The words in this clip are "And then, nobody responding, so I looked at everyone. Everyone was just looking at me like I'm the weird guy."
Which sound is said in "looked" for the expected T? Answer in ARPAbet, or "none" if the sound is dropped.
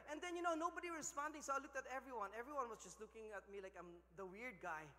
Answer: T